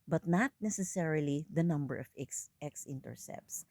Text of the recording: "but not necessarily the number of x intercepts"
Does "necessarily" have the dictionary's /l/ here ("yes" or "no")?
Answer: yes